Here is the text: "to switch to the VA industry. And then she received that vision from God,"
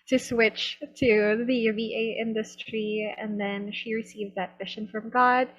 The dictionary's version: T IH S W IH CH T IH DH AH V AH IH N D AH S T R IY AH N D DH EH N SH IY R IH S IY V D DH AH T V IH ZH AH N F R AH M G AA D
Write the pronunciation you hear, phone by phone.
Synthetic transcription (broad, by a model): T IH S W IH CH T IH DH AH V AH IH N D AH S T R IY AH N DH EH N SH IY R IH S IY V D DH AH T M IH SH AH N F R AH M G AA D